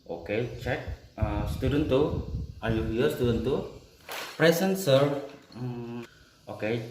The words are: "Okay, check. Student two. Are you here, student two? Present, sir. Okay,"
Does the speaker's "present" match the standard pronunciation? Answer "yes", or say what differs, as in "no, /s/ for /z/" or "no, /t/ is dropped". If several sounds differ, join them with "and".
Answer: no, /s/ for /z/